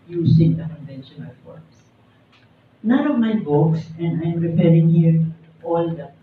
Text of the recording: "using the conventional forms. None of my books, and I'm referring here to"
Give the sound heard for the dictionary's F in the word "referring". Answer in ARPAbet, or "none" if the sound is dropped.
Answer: P